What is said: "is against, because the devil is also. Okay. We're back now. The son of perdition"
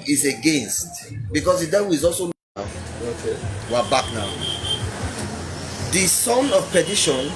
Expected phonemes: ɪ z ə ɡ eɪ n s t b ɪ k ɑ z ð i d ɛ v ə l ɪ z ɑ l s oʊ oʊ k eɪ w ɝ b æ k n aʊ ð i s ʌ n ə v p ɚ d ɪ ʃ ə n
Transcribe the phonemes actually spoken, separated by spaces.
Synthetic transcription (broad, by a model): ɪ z ə ɡ eɪ n s t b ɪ k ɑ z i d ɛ w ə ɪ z ɑ l s oʊ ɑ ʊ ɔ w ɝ b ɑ k n aʊ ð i s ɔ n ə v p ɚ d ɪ ʃ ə n